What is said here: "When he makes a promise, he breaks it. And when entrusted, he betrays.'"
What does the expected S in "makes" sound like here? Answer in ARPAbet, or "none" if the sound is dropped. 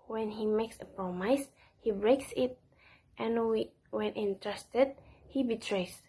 S